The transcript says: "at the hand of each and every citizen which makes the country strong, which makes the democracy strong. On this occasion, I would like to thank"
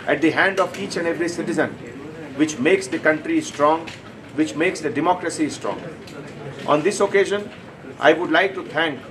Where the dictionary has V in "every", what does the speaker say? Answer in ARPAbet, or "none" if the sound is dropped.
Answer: V